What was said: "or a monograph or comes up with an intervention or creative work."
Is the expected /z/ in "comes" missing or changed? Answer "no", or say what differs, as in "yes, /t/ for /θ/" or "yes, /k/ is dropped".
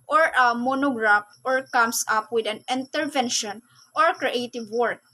yes, /s/ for /z/